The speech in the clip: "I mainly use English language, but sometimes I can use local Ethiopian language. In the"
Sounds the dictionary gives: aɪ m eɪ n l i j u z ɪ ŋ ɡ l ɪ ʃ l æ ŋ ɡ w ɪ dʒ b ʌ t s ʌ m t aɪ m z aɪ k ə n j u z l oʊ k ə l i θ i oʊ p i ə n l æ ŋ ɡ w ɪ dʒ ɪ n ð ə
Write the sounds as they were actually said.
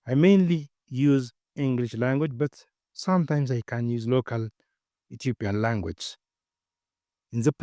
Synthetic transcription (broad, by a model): aɪ m eɪ n l i j u z ɪ ŋ ɡ l ɪ ʃ l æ ŋ ɡ w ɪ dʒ b ʌ t s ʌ m t aɪ m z aɪ k ə n j u z l oʊ k ə l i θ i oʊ p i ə n l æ ŋ ɡ w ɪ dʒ ɪ n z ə